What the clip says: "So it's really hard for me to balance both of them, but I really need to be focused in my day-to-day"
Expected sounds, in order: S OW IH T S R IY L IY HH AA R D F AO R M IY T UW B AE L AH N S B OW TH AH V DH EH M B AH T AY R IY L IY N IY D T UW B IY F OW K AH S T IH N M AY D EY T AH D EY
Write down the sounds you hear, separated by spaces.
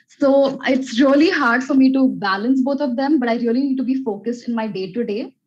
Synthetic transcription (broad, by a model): S OW IH T S R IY L IY HH AA R D F AO R M IY T UW B AE L AH N S B OW T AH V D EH M B AH T AY R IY L IY N IY D T UW B IY F OW K AH S T IH N M AY D EY T AH D EY